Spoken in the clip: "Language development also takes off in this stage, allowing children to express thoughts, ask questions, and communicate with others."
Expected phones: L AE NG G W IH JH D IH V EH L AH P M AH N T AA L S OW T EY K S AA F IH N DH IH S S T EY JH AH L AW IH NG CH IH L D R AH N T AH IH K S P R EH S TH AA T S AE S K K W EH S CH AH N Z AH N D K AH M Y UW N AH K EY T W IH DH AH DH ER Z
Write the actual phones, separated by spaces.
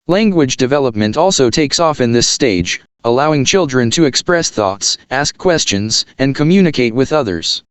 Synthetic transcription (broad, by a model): L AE NG G W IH JH D IH V EH L AH P M AH N T AA L S OW T EY K S AA F IH N DH IH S S T EY JH AH L AW IH NG CH IH L D R AH N T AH IH K S P R EH S TH AA T S AE S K K W EH S CH AH N Z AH N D K AH M Y UW N AH K EY T W IH DH AH DH ER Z